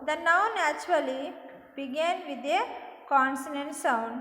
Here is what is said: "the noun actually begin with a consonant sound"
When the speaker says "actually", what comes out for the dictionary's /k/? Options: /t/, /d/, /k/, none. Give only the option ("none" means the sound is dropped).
none